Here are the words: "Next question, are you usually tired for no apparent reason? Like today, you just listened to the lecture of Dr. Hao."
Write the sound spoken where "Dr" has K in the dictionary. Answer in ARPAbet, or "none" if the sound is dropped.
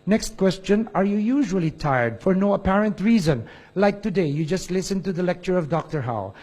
K